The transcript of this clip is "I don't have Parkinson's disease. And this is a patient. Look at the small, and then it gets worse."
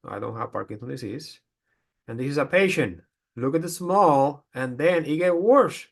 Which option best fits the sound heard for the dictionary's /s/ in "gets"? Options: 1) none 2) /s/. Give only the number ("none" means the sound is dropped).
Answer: 1